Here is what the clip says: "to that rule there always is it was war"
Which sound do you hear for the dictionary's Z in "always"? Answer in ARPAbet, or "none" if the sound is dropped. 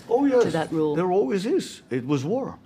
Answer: Z